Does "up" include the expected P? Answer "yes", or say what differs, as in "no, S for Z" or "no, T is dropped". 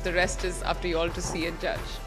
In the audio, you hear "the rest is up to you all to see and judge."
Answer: no, F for P